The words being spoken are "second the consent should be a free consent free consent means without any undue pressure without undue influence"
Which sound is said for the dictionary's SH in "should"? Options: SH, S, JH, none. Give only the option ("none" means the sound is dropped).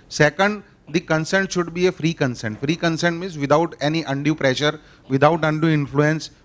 SH